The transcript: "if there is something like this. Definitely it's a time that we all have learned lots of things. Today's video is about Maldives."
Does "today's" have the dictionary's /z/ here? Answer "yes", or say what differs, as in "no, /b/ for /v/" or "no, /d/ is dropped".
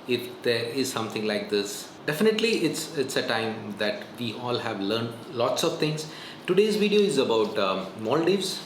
yes